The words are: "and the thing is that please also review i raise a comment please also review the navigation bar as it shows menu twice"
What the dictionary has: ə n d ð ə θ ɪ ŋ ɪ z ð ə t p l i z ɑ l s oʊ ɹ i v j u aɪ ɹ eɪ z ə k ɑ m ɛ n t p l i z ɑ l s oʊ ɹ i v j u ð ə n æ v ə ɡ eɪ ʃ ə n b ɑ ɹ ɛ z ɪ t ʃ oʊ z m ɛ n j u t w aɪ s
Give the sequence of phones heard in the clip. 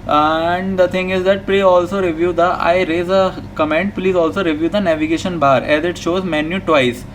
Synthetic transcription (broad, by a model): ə n d ə t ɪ ŋ ɪ z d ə t p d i ɑ l s oʊ ɹ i v j u aɪ ɹ eɪ z ə k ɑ m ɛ n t p l i z ɑ l s oʊ ɹ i v j u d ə n æ v ə ɡ eɪ ʃ ə n b ɑ ɹ ɛ z ɪ t ʃ oʊ z m ɛ n j u t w aɪ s